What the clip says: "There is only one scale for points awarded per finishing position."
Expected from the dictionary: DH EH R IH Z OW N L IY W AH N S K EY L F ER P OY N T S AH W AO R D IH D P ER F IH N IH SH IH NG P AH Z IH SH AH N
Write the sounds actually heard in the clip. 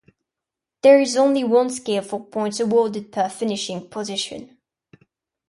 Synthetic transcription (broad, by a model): DH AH R IH Z OW N L IY W AH N S K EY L F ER P OY N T AH W AO D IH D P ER F IH N IH SH IH NG P AH Z IH SH AH N